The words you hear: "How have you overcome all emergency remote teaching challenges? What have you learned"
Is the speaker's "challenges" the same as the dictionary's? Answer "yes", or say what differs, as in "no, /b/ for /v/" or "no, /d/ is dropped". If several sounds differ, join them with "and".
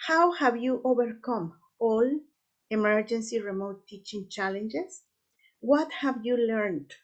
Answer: no, /s/ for /z/